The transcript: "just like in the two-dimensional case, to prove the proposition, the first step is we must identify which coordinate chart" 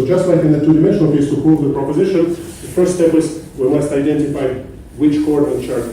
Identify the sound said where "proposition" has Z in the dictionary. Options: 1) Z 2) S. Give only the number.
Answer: 1